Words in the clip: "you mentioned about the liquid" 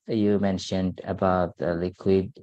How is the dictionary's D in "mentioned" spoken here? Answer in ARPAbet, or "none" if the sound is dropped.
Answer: D